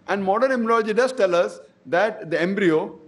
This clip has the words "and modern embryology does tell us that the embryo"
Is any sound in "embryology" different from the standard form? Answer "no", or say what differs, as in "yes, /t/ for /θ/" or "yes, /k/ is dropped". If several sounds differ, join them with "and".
yes, /b/ is dropped